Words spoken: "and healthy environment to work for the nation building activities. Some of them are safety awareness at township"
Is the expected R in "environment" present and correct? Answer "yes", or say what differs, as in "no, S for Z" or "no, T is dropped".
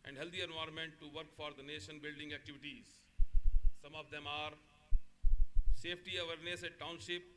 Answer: no, R is dropped